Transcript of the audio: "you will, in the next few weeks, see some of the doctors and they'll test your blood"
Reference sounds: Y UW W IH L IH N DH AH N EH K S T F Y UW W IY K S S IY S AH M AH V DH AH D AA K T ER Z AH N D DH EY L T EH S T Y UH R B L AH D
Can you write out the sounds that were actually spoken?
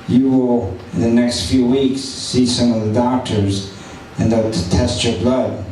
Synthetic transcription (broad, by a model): Y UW W IH L IH N DH AH N EH K S T F Y UW W IY K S S IY S AH M AH V DH AH D AA K T ER Z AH N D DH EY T T EH S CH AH R B L AH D